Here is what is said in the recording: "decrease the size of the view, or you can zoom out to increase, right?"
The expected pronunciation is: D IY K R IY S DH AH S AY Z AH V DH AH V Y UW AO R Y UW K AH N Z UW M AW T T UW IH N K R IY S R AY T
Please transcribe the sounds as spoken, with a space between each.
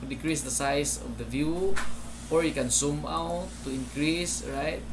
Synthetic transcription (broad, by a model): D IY K R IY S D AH S AY S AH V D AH V Y UW AO R Y UW K AH N S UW M AW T T UW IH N K R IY S R AY T